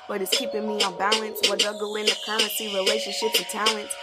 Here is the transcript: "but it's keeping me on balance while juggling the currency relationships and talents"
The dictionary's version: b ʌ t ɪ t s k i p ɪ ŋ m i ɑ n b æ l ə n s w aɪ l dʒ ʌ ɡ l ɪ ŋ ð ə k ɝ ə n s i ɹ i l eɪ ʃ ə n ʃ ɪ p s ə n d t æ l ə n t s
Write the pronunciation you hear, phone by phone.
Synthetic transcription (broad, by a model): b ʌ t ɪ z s k i p ɪ ŋ m i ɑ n b æ l ə n s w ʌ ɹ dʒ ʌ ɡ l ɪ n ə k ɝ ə n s i ɹ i l eɪ ʃ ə n ʃ ɪ p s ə t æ l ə n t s